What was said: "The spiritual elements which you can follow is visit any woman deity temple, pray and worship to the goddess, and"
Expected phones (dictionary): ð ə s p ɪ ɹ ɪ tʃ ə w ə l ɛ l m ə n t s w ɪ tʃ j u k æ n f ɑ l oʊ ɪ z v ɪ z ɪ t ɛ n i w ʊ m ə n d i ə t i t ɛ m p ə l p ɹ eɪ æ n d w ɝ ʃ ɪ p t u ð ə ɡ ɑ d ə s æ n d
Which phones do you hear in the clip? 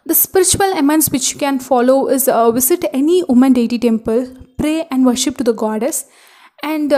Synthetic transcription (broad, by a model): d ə s p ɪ ɹ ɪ tʃ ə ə l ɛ m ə n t s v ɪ tʃ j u k æ n f ɑ l oʊ ɪ z v ɪ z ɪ t ɛ n i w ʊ m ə n d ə t i t ɛ m p ə l p ɹ eɪ æ n d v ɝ ʃ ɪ p t u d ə ɡ ɑ d ə s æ n d